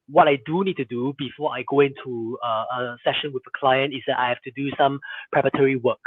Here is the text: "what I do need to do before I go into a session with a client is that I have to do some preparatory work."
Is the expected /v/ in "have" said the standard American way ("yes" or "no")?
no